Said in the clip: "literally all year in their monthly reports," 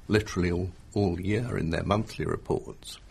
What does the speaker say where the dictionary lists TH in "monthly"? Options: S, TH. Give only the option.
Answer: TH